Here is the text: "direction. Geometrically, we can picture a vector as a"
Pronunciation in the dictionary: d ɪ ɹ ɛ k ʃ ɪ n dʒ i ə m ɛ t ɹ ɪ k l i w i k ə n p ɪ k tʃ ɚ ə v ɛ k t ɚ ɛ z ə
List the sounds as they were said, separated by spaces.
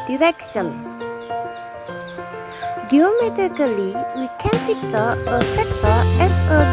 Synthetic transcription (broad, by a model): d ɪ ɹ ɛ k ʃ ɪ n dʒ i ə m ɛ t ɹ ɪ k l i w i k ə n f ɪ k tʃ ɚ ə f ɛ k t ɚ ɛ s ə